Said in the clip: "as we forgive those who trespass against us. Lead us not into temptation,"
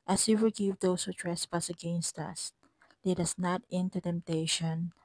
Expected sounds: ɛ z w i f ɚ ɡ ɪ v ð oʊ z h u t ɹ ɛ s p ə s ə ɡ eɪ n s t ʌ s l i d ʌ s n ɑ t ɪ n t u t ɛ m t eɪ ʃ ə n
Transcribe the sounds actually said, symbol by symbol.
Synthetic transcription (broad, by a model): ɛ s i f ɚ ɡ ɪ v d oʊ s h u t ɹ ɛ s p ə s ə ɡ eɪ n s t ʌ s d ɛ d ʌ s n ɑ t ɪ n t u t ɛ m t eɪ ʃ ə n